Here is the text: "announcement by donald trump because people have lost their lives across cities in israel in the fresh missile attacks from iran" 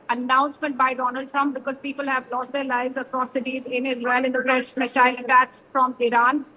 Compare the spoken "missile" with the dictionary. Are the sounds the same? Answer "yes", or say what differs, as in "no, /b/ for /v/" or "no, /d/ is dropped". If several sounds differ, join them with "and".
no, /ʃ/ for /s/